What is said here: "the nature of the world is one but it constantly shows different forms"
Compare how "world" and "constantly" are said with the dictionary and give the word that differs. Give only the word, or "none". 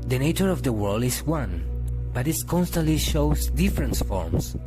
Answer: none